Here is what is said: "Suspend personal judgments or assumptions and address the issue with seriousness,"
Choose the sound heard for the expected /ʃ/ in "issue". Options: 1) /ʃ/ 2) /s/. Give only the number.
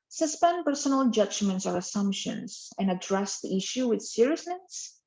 1